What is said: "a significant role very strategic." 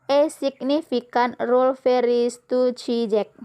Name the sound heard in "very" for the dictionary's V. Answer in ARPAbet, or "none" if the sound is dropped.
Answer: F